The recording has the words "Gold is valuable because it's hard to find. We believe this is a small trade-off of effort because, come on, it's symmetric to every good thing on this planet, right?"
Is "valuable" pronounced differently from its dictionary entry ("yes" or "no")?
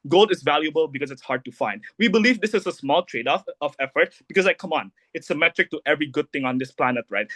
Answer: no